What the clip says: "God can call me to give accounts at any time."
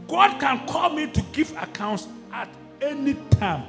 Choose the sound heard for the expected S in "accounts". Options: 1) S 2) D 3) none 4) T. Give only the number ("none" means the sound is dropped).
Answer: 1